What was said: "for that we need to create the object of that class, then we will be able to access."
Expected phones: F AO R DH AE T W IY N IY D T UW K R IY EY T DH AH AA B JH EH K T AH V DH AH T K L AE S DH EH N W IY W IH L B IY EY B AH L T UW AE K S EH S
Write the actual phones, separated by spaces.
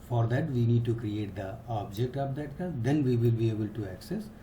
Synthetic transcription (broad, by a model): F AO R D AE T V IY N IY D T UW K R IY EY T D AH AA B JH EH K T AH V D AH T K AH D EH N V IY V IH L B IY EY B AH L T UW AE K S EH S